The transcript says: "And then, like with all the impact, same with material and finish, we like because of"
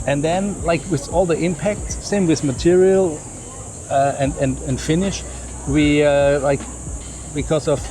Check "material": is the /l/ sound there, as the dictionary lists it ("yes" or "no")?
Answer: no